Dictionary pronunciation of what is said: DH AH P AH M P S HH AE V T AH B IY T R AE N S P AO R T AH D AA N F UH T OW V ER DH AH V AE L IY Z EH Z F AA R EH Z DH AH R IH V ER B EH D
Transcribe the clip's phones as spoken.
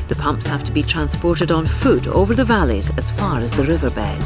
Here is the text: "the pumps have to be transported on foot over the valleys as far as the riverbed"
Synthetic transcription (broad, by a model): DH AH P AH M P S HH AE F T AH B IY T R AE N S P AO R T AH D N F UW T OW V ER DH AH V AE L IY Z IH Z F AA R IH Z DH AH R IH V ER B EH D